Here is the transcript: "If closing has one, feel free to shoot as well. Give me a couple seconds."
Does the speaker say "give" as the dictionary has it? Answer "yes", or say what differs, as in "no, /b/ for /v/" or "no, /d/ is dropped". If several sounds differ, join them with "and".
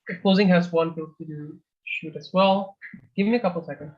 yes